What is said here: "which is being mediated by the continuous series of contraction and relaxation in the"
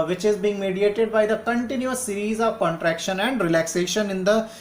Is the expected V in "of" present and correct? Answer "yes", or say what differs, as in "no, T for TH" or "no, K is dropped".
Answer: yes